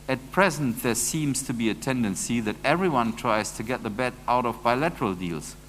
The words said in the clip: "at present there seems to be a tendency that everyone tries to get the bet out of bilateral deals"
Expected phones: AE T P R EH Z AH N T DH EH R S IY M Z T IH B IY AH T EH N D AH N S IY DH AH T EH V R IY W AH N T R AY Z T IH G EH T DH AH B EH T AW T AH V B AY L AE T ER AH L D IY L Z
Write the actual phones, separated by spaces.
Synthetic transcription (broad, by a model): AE T P R EH Z AH N T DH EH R S IY M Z T IH B IY AH T EH N D AH N S IY DH AH T EH V R IY W AH N T R AY Z T IH G EH T DH AH B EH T AW T AH V B AY L AE T ER AH L D IY L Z